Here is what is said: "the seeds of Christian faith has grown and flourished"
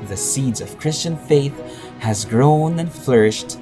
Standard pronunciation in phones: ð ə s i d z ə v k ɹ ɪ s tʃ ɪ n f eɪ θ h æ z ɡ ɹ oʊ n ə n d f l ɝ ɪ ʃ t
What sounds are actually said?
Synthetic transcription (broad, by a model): ð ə s i d z ə v k ɹ ɪ s tʃ ɪ n f eɪ θ h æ z ɡ ɹ oʊ n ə n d f l ɝ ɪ ʃ t